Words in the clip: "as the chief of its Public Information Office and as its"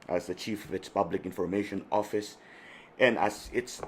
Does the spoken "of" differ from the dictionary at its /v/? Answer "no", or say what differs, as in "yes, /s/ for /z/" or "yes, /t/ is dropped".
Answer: no